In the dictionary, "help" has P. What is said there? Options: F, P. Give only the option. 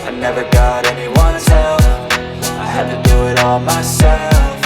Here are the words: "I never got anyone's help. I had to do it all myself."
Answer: F